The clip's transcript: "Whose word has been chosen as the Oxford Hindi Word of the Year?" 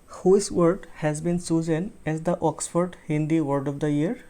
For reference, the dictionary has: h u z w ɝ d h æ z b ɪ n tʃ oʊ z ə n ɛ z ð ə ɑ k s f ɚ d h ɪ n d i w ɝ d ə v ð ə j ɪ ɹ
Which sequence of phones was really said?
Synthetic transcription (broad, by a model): h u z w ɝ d h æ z b ɪ n s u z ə n ɛ z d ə ɑ k s f ɚ d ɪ n d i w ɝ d ə v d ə j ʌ ɹ